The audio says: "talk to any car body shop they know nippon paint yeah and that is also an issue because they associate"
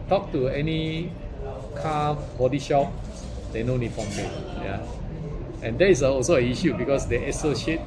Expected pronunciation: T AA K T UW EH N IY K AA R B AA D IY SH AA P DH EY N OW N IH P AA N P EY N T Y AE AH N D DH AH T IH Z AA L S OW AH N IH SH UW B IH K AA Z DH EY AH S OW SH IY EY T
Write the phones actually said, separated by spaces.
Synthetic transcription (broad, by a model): T AA K T UW EH N IY K AA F B AA D IY SH AA P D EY N OW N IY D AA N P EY T Y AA AH N D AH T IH S AA L S OW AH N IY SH UW B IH K AA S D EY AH S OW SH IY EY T